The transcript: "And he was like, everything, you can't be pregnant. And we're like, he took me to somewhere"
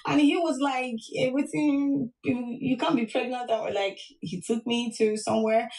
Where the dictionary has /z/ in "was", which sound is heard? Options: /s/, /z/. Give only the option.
/z/